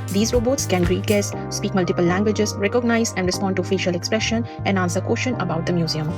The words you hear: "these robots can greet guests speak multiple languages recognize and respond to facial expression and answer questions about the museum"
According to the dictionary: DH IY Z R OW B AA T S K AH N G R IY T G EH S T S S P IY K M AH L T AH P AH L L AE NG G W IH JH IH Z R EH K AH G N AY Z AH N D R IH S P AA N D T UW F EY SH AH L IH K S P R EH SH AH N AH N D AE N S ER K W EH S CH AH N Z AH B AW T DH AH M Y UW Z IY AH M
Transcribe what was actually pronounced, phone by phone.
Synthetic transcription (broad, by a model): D IY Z R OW B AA T S K AH N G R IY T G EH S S S P IY K M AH L T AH P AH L L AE NG G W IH JH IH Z R EH K AH G N AY Z AH N D R IH S P AA N D T UW F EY SH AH L IH K S P R EH SH AH N AH N D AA N S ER K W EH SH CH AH N AH B AW T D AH M Y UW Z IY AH M